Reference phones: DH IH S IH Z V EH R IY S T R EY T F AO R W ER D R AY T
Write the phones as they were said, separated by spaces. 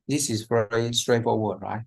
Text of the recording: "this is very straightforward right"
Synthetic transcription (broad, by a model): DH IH S IH Z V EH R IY S T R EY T AO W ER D R AY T